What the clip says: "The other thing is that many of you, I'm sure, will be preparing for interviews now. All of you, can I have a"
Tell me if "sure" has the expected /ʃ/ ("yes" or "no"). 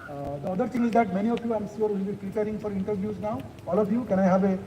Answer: no